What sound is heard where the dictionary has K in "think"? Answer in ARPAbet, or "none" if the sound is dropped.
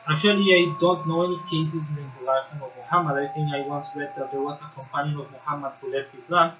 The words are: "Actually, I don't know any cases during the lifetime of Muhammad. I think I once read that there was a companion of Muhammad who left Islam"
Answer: none